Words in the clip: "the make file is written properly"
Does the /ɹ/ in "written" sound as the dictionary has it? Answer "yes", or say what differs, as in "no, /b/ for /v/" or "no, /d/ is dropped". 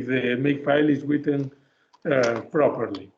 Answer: no, /w/ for /ɹ/